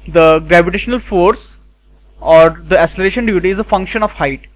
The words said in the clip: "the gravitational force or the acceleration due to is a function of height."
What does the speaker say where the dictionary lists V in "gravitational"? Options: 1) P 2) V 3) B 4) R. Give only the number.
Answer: 2